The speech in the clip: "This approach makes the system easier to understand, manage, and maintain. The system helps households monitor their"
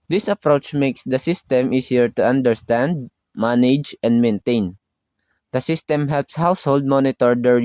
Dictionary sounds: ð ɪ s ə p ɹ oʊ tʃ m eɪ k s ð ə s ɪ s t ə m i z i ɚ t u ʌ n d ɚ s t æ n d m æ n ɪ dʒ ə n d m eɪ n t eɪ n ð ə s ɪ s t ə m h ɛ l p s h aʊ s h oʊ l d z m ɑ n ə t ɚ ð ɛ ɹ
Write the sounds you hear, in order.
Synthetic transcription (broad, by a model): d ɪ s ə p ɹ oʊ tʃ m eɪ k s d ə s ɪ s t ə m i s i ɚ t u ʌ n d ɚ s t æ n d m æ n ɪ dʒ ə n d m eɪ n t eɪ n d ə s ɪ s t ə m h ɛ l p s h aʊ s h oʊ l d m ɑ n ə t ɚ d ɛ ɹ